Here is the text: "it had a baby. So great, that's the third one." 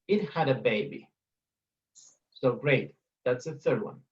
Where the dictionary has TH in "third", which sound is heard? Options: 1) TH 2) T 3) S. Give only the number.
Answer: 1